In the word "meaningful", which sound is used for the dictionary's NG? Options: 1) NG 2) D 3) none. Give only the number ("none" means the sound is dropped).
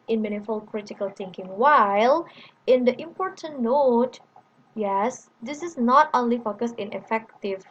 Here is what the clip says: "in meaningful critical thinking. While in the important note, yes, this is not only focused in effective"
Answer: 3